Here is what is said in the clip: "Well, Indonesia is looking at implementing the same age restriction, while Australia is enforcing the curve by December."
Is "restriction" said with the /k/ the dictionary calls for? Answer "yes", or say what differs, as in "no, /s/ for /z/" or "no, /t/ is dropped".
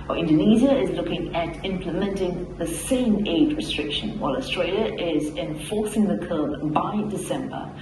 yes